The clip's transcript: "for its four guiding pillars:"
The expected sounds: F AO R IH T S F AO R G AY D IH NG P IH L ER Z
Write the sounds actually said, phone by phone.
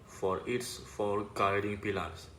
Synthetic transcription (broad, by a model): F AO R IH T S F AO L G AY D IH NG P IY L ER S